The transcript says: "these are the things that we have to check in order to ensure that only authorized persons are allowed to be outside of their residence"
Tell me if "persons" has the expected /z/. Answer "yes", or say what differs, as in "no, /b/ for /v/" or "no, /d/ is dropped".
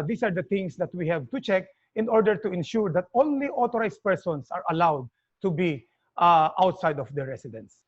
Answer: no, /s/ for /z/